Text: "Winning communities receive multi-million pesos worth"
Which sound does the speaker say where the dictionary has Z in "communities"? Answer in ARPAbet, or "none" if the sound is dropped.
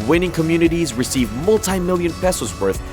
Z